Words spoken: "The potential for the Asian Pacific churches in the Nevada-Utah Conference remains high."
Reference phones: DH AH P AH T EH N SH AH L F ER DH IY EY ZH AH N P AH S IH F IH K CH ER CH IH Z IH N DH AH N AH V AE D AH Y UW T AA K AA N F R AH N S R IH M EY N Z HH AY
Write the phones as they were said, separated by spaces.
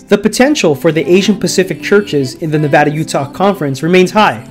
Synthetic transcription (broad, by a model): DH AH P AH T EH N SH L F ER DH IY EY ZH AH N P AH S IH F IH K CH ER CH IH Z IH N DH AH N AH V AE D AH Y UW T AA K AA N F R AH N S R IH M EY N Z HH AY